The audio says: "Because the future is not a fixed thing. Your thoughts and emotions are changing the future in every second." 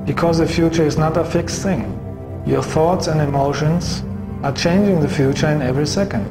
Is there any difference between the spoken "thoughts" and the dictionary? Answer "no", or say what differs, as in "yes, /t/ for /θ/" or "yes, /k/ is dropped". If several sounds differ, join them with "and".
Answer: no